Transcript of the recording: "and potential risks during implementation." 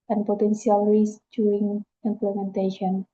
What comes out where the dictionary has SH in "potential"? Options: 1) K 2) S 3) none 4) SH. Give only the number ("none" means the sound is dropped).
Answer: 2